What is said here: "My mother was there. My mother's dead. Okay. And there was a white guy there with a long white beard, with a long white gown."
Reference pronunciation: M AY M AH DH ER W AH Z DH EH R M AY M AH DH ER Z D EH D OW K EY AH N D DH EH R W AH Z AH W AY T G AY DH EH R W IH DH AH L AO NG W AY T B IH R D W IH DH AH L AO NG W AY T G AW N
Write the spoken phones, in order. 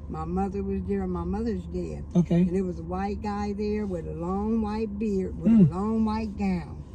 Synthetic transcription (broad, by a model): M AY M AH DH ER W AH Z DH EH R M AY M AH DH ER Z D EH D OW K EY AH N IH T W AH Z AH W AY T G AY DH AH R W IH DH AH L AO NG W AY T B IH R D W IH DH AH L AO NG W AY T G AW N